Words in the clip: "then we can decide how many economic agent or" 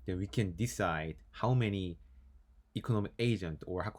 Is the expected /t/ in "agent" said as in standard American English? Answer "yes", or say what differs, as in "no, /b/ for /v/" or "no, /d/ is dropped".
yes